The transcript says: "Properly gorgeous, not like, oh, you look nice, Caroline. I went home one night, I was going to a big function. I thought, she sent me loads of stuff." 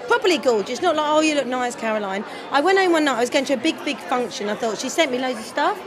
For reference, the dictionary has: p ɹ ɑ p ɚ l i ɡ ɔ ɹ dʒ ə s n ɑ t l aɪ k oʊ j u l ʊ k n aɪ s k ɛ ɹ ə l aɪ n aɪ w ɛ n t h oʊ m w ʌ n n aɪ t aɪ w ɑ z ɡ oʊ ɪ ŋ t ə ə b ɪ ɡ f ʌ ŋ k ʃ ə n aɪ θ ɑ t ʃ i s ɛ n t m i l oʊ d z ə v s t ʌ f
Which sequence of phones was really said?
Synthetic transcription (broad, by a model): p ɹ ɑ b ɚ l i ɡ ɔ l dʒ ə s n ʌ t l aɪ k oʊ j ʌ l ʊ k n aɪ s k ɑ ɹ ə l aɪ n aɪ w ɛ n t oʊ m w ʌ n n aɪ t aɪ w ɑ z ɡ oʊ ɪ ŋ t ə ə b ɪ ɡ f ʌ ŋ k ʃ ə n aɪ θ ɑ t ʃ i s ɛ n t m i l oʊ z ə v s t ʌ f